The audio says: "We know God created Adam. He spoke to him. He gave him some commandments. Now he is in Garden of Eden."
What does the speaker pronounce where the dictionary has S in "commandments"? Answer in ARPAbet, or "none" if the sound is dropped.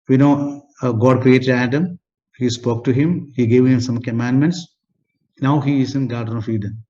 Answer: S